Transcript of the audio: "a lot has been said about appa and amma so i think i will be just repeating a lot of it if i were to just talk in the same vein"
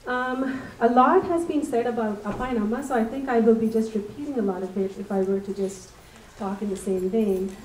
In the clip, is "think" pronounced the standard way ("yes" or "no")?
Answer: yes